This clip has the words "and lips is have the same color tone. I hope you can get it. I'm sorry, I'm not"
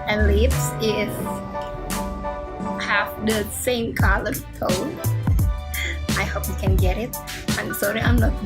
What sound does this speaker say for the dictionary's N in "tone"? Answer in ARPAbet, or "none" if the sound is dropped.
none